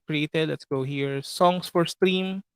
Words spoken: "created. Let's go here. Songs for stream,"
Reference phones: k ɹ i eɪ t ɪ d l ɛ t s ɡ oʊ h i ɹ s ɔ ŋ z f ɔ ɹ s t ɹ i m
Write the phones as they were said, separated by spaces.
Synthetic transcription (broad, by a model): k ɹ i eɪ t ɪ d l ɛ t s ɡ oʊ h i ɹ s ɔ ŋ s f ɔ ɹ s t ɹ i m